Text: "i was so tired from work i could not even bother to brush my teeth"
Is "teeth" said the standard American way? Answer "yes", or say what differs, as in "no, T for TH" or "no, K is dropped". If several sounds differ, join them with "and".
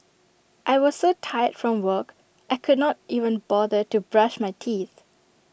yes